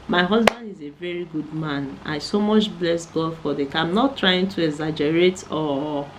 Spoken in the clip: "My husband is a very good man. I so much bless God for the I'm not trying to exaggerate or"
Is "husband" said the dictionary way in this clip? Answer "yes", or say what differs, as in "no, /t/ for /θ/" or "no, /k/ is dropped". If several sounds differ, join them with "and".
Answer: yes